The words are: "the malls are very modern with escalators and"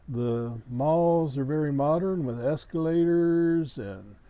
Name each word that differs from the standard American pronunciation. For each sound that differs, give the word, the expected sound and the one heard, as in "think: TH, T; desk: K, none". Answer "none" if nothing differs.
none